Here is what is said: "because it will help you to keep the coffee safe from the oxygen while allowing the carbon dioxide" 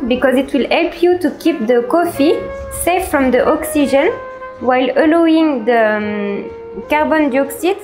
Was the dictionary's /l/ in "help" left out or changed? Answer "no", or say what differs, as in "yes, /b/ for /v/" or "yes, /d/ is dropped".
no